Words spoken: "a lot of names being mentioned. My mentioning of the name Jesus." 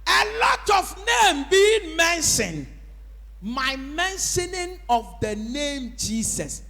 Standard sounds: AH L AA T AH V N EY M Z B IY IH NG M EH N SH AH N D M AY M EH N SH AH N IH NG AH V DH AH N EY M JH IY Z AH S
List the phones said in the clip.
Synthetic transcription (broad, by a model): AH L AA T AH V N EY M B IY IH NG M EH N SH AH N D M AY M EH N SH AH N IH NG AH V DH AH N EY M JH IY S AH S